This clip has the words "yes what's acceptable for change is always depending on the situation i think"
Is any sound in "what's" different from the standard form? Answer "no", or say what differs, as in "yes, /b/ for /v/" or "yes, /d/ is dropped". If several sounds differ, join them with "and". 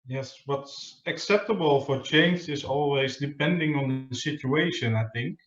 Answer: no